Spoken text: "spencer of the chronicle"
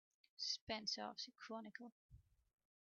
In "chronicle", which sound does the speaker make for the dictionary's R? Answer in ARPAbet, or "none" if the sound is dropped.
none